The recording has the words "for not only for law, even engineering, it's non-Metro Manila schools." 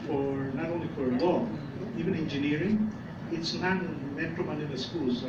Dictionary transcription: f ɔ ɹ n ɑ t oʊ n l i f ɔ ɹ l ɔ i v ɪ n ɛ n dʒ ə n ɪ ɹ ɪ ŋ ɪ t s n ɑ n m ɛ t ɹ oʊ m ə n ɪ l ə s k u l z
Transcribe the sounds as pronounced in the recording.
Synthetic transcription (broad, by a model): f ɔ ɹ n ɑ t oʊ n l i f ɔ ɹ l ɔ i v ɪ n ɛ n dʒ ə n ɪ ɹ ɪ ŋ ɪ t s n ɑ n m ɛ t ɹ oʊ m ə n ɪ n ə s k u l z